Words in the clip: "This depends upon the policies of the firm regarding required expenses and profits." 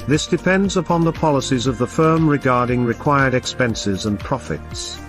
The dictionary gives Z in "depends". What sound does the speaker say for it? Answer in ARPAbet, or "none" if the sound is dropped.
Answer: Z